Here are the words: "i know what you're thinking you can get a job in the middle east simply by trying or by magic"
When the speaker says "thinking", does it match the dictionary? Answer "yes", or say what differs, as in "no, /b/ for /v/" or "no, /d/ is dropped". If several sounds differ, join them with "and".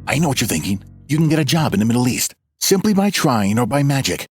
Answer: yes